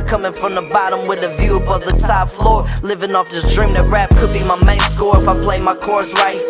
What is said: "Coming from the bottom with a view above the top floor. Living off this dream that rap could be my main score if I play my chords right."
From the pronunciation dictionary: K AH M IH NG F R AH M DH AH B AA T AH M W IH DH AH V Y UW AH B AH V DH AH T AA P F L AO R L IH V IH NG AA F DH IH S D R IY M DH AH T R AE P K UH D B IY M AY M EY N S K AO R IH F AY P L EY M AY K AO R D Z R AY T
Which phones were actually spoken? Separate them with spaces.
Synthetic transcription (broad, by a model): K AH M IH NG F R AH M DH AH B AA T AH M W IH DH AH V Y UW AH B AH V DH AH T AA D F L AO R L IH V IH NG AA F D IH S D R IY M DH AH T R AE P K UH D B IY M AY M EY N S K AO R IH F AY P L EY M AY K AO R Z R AY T